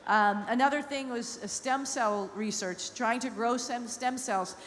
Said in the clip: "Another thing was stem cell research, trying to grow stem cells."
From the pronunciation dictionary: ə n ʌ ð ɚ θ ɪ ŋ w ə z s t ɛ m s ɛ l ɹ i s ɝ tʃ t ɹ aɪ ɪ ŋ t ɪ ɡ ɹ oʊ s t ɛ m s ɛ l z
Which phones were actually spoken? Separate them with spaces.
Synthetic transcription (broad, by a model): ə n ʌ ð ɚ θ ɪ ŋ w ə z s t ɛ m s ɛ l ɹ i s ɝ tʃ t ɹ aɪ ɪ ŋ t ɪ ɡ ɹ oʊ s t ɛ m s ɛ l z